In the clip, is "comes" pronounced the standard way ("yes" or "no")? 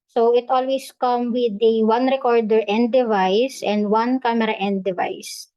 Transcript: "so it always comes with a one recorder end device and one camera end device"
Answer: no